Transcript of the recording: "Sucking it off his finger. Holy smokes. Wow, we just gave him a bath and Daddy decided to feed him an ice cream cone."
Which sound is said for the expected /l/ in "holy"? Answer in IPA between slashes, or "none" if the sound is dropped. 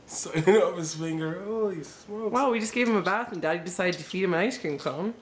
none